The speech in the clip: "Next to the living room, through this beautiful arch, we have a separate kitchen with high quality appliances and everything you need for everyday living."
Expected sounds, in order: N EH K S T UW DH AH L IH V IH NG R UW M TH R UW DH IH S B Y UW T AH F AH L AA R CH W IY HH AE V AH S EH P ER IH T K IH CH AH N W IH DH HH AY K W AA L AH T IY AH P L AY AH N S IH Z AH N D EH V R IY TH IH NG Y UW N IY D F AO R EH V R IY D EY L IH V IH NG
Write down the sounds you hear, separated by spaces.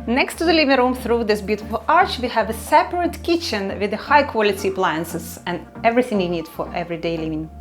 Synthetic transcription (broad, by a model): N EH K S T UW DH AH L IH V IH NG R UW M TH R UW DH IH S B Y UW T AH F AH L AA R CH W IY HH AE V AH S EH P ER IH T K IH CH AH N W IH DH HH AY K W AA L AH T IY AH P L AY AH N S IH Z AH N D EH V R IY TH IH NG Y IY N IY D F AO R EH V R IY D EY L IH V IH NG